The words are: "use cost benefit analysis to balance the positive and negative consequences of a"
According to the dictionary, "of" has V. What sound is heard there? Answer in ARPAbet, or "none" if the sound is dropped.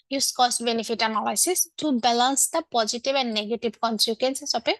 P